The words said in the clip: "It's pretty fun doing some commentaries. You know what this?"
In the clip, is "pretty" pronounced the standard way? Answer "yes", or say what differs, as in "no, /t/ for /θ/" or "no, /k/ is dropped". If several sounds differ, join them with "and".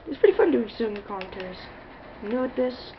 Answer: yes